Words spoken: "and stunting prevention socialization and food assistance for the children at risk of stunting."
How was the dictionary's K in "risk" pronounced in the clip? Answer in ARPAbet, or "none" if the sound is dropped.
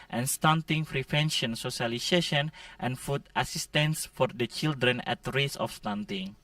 none